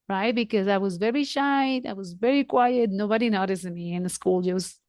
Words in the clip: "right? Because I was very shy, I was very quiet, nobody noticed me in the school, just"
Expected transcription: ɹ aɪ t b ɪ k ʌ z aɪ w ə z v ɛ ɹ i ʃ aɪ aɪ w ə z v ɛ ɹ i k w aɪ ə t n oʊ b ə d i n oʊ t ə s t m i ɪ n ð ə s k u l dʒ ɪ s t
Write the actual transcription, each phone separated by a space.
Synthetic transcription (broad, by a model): ɹ aɪ t b ɪ k ʌ z aɪ w ə z v ɛ ɹ i ʃ aɪ aɪ w ə z v ɛ ɹ i k w aɪ ə t n oʊ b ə d i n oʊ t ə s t m i ɪ n ð ə s k u l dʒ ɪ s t